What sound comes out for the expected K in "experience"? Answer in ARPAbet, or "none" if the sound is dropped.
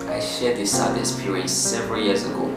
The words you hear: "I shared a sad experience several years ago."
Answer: none